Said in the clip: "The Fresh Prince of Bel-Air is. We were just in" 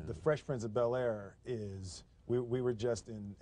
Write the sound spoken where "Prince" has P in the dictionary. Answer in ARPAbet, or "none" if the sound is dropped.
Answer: F